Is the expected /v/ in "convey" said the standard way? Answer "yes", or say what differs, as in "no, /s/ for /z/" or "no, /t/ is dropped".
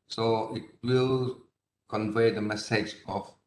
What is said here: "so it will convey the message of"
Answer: yes